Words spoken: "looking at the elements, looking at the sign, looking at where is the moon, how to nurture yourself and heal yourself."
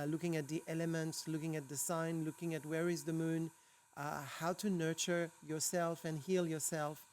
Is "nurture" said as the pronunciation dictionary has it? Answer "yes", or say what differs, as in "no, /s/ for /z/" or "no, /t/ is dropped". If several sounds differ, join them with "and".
yes